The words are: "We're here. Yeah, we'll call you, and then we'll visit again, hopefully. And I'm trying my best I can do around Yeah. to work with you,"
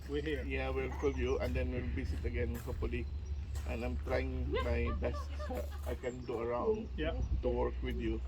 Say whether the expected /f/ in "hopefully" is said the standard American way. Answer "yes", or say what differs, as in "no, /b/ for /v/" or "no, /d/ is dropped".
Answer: no, /f/ is dropped